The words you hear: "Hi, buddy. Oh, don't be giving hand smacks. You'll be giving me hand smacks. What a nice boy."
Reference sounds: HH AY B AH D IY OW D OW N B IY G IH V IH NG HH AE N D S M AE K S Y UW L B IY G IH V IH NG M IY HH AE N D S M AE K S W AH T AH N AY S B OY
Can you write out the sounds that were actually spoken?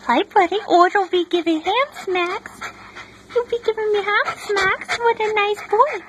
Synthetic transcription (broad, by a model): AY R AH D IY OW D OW L B IY G IH V IH NG HH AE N S M AE K S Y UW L B IY G IH V IH NG M IY HH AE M S M AE K S W AH T AH N AY S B OY